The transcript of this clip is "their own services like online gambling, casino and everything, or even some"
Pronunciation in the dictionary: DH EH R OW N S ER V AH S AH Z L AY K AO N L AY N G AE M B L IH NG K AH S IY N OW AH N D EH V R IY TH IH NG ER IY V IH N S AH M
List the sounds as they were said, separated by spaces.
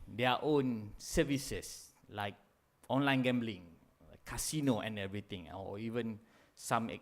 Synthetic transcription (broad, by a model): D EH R OW N S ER V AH S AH S L AY K AO N L AY N G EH M B L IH NG K AH S IY N OW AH N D EH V R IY T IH NG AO IY V IH N S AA M